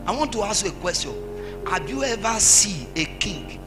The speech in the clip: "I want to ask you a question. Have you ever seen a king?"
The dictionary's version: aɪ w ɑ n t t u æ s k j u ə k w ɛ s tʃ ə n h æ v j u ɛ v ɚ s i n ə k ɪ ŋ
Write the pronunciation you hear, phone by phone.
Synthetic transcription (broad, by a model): aɪ w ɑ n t t u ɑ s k j u ə k w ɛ s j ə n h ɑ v j u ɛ v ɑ s i ə k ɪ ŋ